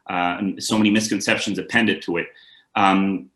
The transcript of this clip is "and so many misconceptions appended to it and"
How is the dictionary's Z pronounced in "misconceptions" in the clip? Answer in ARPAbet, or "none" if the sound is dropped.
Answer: Z